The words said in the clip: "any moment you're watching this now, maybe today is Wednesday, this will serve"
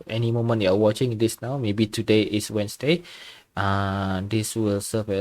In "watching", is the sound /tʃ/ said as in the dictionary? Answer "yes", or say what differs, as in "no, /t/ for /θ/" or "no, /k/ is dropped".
yes